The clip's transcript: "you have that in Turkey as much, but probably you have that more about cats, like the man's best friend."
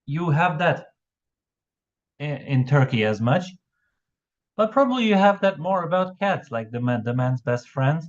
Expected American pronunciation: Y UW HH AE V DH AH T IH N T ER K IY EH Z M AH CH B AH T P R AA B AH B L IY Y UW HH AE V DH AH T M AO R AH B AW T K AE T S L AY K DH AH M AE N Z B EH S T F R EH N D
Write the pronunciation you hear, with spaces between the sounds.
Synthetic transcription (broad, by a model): Y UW HH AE V DH AH T IH N T ER K IY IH Z M AH CH B AH T P R AA B AH B L IY Y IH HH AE V DH AH T M AO R AH B AW T K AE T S L AY K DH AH M AE N Z B EH S T F R EH N D